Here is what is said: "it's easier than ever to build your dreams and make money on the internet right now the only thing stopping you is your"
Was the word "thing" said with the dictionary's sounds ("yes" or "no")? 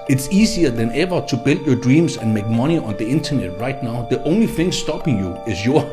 yes